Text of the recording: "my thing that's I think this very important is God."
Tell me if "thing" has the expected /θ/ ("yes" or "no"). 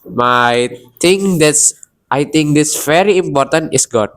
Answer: no